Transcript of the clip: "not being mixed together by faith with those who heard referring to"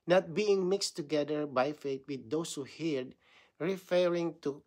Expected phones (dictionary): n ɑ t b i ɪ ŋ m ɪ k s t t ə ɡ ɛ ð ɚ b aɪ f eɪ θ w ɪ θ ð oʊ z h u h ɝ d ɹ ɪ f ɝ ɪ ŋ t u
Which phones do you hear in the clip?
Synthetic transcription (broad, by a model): n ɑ t b i ɪ ŋ m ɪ k s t t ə ɡ ɛ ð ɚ b aɪ f eɪ t w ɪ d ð oʊ s h u h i d ɹ ɪ f ɝ ɪ ŋ t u